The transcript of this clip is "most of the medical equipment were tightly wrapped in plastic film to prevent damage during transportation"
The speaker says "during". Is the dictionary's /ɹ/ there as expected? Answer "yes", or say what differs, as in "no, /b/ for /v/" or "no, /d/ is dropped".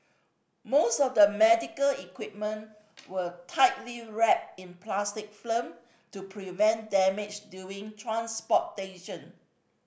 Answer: no, /ɹ/ is dropped